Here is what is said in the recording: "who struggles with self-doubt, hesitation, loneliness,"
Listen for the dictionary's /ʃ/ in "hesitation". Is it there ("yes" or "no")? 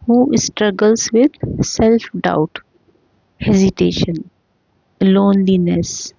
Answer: yes